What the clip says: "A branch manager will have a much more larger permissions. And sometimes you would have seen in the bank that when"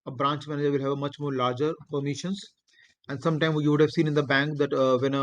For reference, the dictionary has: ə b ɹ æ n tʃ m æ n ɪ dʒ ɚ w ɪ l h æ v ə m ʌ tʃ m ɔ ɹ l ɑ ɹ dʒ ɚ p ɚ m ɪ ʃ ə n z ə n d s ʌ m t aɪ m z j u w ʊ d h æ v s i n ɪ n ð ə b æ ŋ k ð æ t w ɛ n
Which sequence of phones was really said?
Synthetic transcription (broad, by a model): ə b ɹ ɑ n tʃ m æ n ɪ dʒ ɚ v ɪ l h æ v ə m ʌ tʃ m ɔ ɹ l ɑ ɹ dʒ ɚ p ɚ m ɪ ʃ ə n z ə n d s ʌ m t aɪ m j u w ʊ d h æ v s i n ɪ n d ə b æ ŋ k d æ t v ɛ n